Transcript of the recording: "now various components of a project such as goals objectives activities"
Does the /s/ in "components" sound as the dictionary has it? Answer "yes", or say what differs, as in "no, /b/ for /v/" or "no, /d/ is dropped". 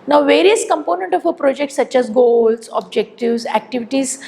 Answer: no, /s/ is dropped